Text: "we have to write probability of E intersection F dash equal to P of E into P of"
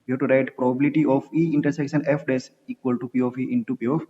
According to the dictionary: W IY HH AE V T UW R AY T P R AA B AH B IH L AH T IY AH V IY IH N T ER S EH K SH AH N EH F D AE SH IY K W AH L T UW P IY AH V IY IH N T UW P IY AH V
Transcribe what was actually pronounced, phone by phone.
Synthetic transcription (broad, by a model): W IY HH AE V T UW R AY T P R AA B AH B IH L AH T IY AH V IY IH N T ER S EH K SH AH N EH F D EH S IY K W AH L T UW P IY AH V IY IH N T UW P IY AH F